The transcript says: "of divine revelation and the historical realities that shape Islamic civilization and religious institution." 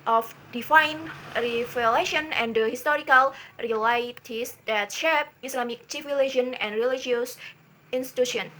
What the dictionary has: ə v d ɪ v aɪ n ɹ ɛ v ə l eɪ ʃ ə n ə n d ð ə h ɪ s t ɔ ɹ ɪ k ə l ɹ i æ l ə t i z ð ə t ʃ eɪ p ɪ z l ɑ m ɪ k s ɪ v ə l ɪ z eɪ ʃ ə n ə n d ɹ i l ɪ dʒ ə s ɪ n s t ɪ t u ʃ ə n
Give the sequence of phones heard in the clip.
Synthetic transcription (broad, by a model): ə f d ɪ f aɪ n ɹ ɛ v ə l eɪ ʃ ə n ə n d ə h ɪ s t ɔ ɹ ɪ k ə l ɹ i l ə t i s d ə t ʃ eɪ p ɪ s l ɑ m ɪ k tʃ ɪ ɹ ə l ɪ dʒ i ə n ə n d ɹ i l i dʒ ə s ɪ n s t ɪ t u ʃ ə n